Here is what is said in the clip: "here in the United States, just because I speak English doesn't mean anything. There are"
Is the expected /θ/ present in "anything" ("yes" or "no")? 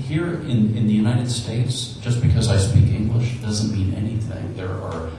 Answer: yes